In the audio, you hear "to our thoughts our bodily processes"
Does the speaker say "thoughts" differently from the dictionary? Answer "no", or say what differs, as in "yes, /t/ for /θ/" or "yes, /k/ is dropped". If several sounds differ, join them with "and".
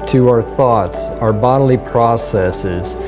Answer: no